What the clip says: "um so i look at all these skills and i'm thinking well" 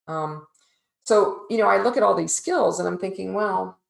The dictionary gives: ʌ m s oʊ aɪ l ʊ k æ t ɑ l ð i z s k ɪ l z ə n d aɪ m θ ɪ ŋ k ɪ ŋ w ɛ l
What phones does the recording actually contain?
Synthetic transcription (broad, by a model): ʌ m s oʊ aɪ l ʊ k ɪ t ɑ l ð i z s k ɪ l z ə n aɪ m θ ɪ ŋ k ɪ ŋ w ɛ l